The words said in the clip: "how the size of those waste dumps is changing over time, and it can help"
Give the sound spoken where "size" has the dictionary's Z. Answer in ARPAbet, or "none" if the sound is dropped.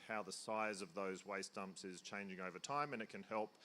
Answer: Z